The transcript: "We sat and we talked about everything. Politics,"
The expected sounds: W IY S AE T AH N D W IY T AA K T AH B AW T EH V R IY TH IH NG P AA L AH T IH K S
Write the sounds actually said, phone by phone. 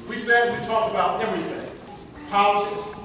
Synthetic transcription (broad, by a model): W IY S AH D W IY T AA K AH B AW T EH V R IY TH IH NG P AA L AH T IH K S